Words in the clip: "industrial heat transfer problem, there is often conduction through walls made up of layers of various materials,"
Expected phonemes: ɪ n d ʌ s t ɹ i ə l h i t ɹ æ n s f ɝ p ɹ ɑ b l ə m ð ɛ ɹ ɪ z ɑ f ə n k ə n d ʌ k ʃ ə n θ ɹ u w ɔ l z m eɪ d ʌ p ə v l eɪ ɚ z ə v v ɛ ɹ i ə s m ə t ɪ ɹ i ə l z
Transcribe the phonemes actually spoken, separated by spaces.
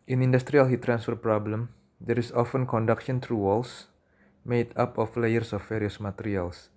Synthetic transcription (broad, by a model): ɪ n d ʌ s t ɹ i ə l h i t ɹ æ n s f ɝ p ɹ ɑ b l ə m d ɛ ɹ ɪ s ɑ f ə n k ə n d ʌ k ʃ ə n t ɹ u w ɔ l s m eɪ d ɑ p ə f l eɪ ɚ s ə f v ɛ ɹ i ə s m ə t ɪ ɹ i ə l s